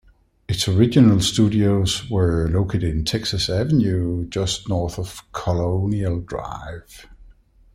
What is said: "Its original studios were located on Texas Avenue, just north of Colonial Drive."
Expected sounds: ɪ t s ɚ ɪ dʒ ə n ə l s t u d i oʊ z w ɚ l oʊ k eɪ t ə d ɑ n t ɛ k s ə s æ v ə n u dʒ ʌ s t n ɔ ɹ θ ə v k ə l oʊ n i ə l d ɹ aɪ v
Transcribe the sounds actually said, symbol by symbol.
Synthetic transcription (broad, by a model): ɪ t s ɚ ɪ dʒ ə n ə l s t u d i oʊ z w ɚ l oʊ k eɪ t ə d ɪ n t ɛ k s ə s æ v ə n u dʒ ʌ s t n ɔ ɹ θ ə v k ə l oʊ n i ə l d ɹ aɪ v